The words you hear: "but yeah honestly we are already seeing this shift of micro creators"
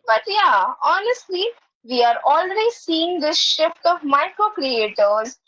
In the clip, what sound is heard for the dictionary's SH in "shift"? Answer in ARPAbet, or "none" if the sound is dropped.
SH